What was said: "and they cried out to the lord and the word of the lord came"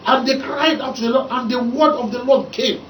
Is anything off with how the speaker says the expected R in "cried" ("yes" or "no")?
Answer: no